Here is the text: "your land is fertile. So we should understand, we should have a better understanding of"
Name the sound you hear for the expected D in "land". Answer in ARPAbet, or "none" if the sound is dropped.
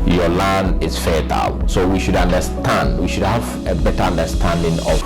none